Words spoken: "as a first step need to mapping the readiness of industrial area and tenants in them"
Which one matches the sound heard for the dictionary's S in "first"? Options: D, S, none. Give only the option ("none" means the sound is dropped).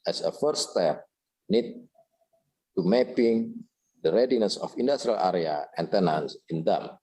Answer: none